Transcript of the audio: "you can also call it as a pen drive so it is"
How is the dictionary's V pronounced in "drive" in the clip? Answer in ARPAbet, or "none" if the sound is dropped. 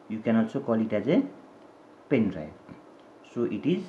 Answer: B